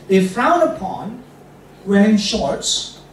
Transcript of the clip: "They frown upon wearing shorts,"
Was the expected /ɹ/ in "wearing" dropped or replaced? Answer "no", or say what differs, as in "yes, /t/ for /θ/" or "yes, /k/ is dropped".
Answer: yes, /ɹ/ is dropped